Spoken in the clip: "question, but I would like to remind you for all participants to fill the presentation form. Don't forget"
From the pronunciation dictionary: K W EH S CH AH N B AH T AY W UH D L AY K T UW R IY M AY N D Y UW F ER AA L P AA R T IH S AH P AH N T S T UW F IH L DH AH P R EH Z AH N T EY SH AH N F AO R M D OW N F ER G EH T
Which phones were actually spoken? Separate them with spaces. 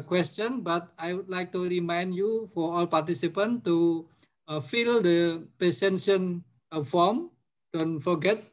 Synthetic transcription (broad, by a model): K W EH S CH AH N B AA T AY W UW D L AY K T UW R IY M AY N D Y UW F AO AA L P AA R T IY S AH P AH N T T UW F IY L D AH P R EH S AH N S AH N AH F AO M D OW N F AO G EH T